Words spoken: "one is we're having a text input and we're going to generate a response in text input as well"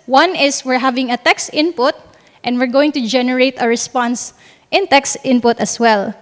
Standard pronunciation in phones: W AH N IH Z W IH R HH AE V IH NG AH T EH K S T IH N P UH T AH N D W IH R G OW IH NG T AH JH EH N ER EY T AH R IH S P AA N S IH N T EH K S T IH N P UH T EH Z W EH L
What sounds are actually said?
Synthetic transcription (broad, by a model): W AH N IH S W IH R HH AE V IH NG AH T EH K S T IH N P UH T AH N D W IH R G OW IH NG T AH JH EH N ER EY T AH R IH S P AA N S IH N T EH K S T IH N P UH T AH S W EH L